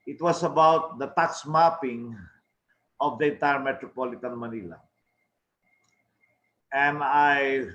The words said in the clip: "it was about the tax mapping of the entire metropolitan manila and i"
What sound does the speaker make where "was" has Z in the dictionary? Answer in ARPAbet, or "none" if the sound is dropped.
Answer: S